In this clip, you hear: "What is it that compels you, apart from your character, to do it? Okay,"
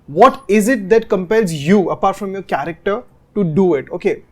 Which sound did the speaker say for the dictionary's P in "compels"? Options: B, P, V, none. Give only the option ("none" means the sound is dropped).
P